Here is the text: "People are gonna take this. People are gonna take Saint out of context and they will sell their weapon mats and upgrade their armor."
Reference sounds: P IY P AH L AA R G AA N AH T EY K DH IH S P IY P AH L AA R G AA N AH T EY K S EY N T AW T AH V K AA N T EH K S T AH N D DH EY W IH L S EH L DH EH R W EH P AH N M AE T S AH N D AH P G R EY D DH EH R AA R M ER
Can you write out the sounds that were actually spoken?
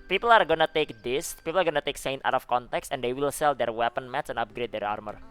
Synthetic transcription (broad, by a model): P IY P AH L AA R G AA N AH T EY K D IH S P IY P AH L AA R G AA N AH T EY K S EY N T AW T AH F K AA N T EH K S AH N D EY W IH L S EH L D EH R W EH P AH N M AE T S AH N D AH P G R EY D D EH R AA R M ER